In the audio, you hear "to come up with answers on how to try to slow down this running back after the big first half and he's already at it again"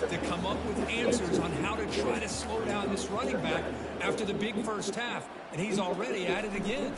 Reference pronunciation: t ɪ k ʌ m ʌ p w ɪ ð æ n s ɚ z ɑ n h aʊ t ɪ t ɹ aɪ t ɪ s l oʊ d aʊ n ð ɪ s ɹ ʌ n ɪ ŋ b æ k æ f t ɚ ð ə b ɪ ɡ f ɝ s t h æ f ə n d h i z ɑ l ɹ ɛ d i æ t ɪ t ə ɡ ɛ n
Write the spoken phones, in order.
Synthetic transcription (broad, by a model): t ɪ k ʌ m ʌ p w ɪ ð æ n s ɚ z n h aʊ t ɪ t ɹ aɪ t ɪ s l oʊ d aʊ n ð ɪ s ɹ ʌ n ɪ ŋ b æ k æ f t ɚ ð ə b ɪ ɡ f ɝ s t h æ f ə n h i z l ɹ ɛ d i æ t ɪ t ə ɡ ɛ n